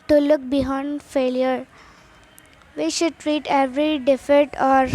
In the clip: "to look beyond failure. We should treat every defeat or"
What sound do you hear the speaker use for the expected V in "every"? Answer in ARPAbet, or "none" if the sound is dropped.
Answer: V